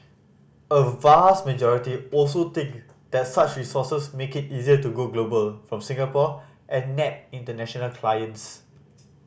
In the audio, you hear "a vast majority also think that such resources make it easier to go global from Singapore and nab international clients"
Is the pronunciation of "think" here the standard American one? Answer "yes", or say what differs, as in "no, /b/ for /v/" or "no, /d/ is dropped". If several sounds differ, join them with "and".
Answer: no, /t/ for /θ/